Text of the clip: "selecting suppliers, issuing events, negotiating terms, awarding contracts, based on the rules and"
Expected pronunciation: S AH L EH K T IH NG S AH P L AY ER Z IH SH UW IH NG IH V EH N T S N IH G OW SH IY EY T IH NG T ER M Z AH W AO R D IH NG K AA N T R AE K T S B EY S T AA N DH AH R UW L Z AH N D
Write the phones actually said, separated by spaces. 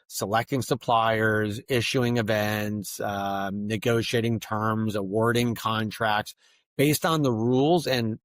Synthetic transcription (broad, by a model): S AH L EH K T IH NG S AH P L AY ER Z IH SH UW IH NG IH V EH N T S N IH G OW SH IY EY T IH NG T ER M Z AH W AO R D IH NG K AA N T R AE K T S B EY S T N DH AH R UW L Z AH N